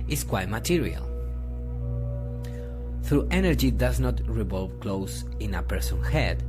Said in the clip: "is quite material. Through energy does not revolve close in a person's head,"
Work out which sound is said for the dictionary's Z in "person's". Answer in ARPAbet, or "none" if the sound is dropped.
none